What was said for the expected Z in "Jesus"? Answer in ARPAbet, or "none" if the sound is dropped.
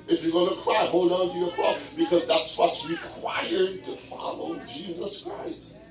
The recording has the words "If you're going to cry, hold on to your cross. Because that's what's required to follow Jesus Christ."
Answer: Z